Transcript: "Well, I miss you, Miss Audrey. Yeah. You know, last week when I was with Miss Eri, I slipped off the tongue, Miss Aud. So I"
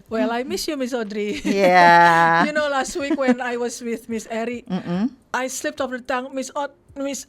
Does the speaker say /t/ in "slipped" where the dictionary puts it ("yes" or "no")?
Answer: yes